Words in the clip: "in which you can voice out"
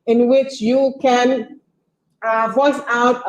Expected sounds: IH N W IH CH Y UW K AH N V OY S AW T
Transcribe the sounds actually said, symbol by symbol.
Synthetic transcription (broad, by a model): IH N W IH CH Y UW K AH N V OY S AW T